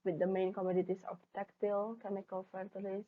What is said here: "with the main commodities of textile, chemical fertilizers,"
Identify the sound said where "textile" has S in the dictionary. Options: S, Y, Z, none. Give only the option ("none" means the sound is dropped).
none